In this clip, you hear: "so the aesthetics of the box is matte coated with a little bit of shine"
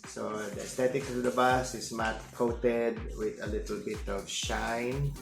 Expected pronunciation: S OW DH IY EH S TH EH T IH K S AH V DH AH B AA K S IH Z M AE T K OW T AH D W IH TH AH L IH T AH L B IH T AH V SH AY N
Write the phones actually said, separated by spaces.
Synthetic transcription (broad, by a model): S OW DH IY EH S T EH T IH K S AH V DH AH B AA S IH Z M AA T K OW T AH D W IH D AH L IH T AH L B IH T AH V SH AY N